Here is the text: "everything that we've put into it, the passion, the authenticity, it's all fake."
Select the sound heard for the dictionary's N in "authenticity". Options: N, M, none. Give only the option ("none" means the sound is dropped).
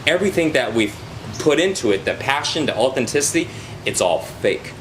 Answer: N